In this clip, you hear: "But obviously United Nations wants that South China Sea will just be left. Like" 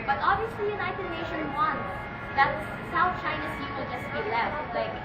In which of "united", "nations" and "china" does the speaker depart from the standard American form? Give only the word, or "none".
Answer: nations